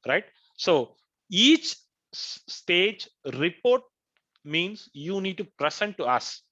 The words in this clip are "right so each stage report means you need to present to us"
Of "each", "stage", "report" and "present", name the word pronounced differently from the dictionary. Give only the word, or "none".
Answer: present